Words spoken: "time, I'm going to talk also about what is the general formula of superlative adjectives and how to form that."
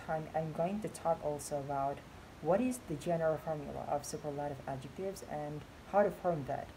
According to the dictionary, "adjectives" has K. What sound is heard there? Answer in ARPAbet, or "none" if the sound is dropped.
K